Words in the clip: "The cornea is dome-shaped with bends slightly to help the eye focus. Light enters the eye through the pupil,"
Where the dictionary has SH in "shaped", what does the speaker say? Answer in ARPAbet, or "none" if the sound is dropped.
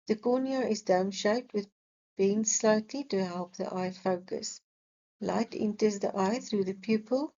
SH